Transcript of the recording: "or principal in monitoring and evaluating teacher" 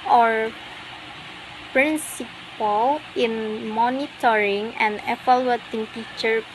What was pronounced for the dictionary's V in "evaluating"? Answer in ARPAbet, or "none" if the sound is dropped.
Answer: F